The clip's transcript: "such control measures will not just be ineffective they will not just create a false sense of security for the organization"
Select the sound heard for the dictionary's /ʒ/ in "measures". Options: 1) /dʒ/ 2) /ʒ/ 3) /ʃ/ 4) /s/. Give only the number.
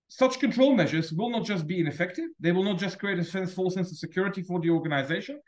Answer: 2